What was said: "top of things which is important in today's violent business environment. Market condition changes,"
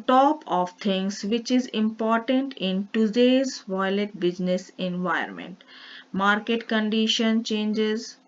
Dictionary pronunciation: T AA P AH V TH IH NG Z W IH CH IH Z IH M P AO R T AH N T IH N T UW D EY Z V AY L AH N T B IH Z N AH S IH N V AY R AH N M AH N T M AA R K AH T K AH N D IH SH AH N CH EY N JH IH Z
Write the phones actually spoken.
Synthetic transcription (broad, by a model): T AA P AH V T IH NG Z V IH CH IH Z IH M P AO R T AH N T IH N T UW D EY Z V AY L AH T B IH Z N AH S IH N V AY AH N M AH N T M AA R K AH T K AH N D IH SH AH N CH EY N JH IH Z